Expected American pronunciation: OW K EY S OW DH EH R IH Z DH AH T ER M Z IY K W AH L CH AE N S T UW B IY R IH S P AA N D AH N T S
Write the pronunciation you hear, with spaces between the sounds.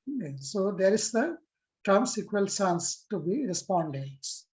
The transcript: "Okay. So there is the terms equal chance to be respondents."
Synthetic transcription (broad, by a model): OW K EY S OW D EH R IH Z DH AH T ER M S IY K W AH L S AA N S T UW B IY R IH S P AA N D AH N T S